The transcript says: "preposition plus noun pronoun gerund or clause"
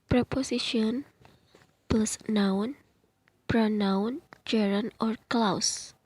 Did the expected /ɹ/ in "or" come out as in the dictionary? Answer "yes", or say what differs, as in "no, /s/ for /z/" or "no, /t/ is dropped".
yes